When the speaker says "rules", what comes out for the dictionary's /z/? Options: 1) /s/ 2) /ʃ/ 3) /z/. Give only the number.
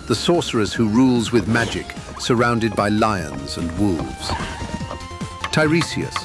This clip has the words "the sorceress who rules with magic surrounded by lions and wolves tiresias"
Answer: 3